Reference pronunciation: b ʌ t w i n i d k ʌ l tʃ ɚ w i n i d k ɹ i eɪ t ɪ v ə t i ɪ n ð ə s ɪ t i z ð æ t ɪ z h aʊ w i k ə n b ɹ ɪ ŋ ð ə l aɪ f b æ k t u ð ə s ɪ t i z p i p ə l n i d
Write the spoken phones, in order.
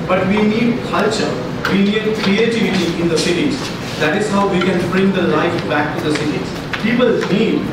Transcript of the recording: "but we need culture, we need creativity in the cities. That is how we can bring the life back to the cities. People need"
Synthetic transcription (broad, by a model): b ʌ t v i n i d k ʌ l tʃ ɚ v i n i d k ɹ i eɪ t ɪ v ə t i ɪ n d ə s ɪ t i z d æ t ɪ z h aʊ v i k ə n b ɹ ɪ ŋ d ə l aɪ f b æ k t u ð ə s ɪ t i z p i p ə l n i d